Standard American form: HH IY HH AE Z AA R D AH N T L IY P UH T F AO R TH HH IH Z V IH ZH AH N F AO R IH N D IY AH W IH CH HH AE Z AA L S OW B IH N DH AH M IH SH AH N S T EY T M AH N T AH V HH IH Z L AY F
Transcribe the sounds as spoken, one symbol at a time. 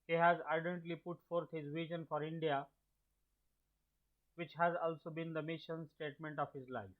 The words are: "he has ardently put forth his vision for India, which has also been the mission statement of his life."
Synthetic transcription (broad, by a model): HH IY HH AE Z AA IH D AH N T L IY P UH T F AO R T HH IH Z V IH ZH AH N F AO R IH N D IY AH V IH CH HH AE Z AA L S OW B IH N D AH M IH SH AH N S T EY T M AH N T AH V HH IH Z L AY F